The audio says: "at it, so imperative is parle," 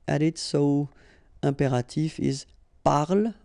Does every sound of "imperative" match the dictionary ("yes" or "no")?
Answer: no